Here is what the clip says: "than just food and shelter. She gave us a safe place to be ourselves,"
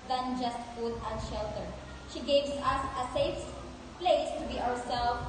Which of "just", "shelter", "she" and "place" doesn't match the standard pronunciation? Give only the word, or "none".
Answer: none